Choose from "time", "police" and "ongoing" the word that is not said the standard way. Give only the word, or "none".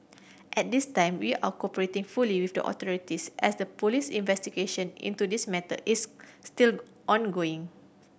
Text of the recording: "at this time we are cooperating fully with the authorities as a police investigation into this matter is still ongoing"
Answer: none